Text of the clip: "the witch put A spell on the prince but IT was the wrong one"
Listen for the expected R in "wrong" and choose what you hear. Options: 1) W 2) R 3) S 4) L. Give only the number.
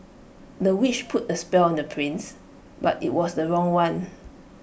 2